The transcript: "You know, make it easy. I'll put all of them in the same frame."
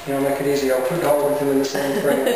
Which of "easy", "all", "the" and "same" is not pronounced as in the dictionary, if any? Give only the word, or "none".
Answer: all